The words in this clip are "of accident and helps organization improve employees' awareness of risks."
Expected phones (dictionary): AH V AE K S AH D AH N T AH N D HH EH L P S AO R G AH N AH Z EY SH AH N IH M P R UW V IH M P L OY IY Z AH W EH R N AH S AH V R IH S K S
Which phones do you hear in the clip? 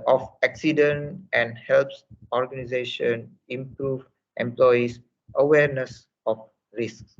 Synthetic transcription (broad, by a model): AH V AE K S AH D AH N T AH N D HH EH L P S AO R G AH N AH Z EY SH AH N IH M P R UW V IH M P L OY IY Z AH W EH R N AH S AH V R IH S K S